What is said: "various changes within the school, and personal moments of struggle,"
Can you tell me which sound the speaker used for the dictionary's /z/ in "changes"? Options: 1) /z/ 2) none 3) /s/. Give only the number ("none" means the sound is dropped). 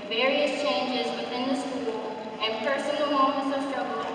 1